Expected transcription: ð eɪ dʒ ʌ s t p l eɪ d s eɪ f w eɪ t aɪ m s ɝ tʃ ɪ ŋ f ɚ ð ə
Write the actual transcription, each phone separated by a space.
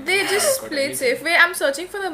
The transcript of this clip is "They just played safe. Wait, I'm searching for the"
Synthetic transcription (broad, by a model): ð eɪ dʒ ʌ s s p l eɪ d s eɪ f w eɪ aɪ m s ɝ tʃ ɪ ŋ f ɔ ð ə